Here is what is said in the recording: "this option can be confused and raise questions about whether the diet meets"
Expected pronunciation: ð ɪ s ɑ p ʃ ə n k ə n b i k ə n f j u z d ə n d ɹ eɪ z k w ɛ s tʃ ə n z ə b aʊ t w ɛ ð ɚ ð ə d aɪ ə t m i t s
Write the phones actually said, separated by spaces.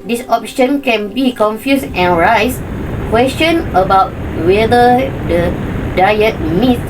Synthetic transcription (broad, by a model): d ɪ s ɑ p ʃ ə n k ə n b i k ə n f j u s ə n ɹ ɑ s k w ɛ s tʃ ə n ə b aʊ t w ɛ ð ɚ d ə d aɪ ə t m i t